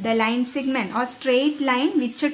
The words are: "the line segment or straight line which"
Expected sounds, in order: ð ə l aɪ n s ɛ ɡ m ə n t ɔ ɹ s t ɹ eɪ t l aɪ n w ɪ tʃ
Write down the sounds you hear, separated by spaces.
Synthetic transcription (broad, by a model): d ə l aɪ n s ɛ ɡ m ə n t ɔ ɹ s t ɹ eɪ t l aɪ n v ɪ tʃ